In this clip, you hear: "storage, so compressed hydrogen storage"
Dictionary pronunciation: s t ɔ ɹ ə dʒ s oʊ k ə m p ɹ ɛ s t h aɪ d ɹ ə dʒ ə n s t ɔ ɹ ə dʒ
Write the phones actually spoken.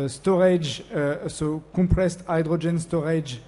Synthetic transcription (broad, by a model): s t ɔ ɹ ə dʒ s oʊ k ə p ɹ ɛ s t aɪ d ɹ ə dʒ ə n s t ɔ ɹ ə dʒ